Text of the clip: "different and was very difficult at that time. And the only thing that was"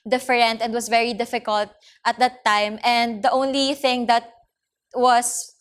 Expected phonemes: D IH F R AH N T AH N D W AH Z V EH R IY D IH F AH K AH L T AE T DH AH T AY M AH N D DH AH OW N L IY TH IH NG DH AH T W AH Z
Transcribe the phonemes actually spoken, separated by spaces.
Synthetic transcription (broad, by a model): D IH F R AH N T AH N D W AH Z V EH R IY D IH F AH K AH L T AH T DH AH T AY M AH N D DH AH OW N L IY TH IH NG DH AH T W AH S